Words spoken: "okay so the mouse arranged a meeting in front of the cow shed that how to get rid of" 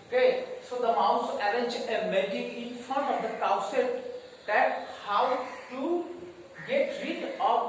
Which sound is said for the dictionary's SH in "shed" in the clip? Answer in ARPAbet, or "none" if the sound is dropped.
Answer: S